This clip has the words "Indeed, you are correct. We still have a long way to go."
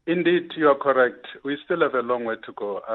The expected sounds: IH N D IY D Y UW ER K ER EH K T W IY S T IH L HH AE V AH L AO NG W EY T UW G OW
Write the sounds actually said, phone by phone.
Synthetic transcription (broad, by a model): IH N D IY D Y UW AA K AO EH K T W IY S T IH L HH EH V AH L AO NG W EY T UW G OW